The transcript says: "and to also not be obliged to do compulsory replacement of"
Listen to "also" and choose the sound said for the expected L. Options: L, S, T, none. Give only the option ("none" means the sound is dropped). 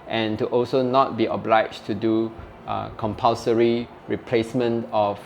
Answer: L